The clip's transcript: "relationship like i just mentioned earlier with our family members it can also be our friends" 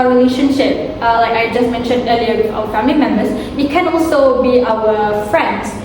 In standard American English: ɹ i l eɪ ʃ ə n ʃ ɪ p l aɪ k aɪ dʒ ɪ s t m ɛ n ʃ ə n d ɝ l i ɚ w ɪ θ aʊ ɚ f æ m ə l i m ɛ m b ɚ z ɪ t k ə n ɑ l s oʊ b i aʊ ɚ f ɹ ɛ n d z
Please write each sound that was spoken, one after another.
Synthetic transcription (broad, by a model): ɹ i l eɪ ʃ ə n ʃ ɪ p l aɪ k aɪ dʒ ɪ s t m ɛ n ʃ ə n d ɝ l i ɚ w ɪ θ aʊ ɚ f æ m ə l i m ɛ m b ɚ s ɪ t k ə n ɑ l s oʊ b i aʊ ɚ f ɹ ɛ n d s